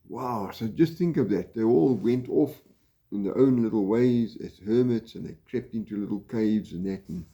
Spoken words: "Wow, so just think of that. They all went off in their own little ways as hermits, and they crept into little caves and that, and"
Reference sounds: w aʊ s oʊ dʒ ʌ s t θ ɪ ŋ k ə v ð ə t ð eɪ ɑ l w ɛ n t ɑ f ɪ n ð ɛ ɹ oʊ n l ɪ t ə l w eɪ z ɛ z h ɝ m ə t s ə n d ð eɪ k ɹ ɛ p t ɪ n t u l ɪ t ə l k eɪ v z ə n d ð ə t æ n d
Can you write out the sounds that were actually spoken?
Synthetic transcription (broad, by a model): w aʊ s oʊ dʒ ʌ s t θ ɪ ŋ k ə v ð ə t ð eɪ ɑ l w ɛ n t ɑ f ɪ n ð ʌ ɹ oʊ n l ɪ t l w eɪ z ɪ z h ɝ m ə t s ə n ð eɪ k ɹ ɛ p t ɪ n t u l ɪ t l k eɪ v z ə n ð ə t n